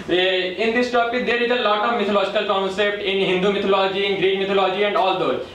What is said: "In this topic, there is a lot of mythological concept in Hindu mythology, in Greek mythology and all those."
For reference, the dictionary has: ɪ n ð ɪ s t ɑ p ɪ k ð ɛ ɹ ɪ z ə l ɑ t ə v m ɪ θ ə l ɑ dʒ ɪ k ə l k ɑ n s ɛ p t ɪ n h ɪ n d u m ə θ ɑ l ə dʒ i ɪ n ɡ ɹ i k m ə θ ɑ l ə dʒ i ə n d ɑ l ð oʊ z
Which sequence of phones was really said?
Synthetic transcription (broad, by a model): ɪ n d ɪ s t ɑ p ɪ k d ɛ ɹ ɪ z ə l ɑ t ə v m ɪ t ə l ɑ dʒ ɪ k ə l k ɑ n s ɛ p t ɪ n h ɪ n d u m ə t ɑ l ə dʒ i ɪ n ɡ ɹ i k m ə t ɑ l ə dʒ i ə n d ɑ l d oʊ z